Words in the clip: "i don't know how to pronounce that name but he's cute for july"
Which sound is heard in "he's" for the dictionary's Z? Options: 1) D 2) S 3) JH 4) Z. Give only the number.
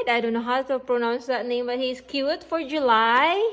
2